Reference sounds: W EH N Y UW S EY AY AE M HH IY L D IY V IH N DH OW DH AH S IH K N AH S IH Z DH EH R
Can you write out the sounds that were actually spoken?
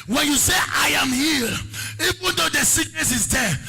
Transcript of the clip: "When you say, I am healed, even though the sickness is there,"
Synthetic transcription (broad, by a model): W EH N Y UW S EY AY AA M HH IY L IY V IH N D OW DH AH S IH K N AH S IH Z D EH